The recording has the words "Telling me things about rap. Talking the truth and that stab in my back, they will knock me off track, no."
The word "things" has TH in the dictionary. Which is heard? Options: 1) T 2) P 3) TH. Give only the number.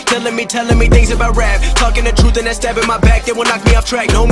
3